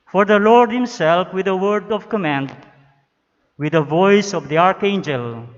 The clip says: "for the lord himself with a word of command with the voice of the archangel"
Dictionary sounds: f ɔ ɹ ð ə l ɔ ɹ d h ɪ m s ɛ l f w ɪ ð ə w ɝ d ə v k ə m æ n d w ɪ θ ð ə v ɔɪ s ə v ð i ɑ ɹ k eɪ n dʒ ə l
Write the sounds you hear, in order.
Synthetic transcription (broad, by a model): f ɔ ɹ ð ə l ɔ ɹ d h ɪ m s ɛ l f w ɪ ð ə w ɝ d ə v k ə m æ n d w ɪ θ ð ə v ɔɪ s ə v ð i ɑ ɹ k eɪ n dʒ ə l